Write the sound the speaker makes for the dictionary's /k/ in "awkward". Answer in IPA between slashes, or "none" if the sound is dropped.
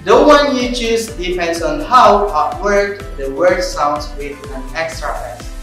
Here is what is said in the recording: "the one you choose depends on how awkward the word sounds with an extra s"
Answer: none